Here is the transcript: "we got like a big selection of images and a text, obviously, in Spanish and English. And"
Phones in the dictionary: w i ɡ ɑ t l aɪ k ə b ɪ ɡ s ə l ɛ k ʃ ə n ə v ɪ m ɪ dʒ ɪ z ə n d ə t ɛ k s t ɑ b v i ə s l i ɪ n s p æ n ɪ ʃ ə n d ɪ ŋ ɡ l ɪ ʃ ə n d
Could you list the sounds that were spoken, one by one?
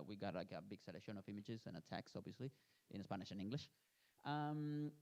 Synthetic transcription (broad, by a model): w i ɡ ɑ t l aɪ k ə b ɪ ɡ s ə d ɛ ʃ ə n ə v ɪ m ɪ dʒ ɪ z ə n ə t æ k s ɑ b v i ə s l i ɪ n s p æ n ɪ ʃ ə n ɪ ŋ ɡ l ɪ ʃ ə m